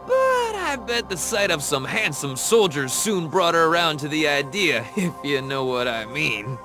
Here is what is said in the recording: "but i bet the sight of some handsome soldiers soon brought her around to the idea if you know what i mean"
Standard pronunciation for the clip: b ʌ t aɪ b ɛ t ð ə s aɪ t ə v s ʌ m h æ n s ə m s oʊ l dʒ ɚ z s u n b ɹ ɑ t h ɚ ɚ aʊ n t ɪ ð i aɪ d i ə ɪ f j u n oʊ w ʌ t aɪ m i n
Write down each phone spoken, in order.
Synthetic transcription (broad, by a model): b ʌ t aɪ b ɛ t ð ə s aɪ t ə v s ʌ m h æ n s ə m s oʊ l dʒ ɚ z s u n b ɹ ɑ t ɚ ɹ aʊ n t ɪ ð i aɪ d i ə ɪ f j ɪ n oʊ w ʌ t aɪ m i n